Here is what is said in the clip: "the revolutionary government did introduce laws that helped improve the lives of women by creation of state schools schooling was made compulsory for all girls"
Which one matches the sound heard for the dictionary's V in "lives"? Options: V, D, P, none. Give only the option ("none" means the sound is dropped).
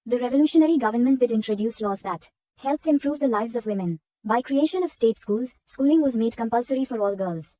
V